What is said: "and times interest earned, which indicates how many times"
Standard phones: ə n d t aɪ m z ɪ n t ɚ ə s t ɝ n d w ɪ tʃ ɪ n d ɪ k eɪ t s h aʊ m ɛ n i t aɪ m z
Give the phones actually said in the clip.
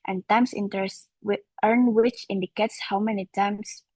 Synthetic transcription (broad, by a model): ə n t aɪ m s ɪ n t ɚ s t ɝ n w ɪ tʃ ɪ n d ɪ k eɪ t s h aʊ m ɛ n i t aɪ m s